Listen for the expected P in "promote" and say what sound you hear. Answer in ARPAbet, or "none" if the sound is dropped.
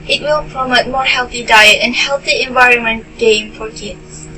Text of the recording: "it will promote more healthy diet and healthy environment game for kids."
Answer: P